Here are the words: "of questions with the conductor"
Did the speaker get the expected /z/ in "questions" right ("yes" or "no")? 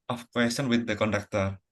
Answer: no